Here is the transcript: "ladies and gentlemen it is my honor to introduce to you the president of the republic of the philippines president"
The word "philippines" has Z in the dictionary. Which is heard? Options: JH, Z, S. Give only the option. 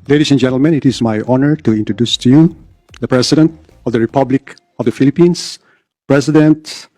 S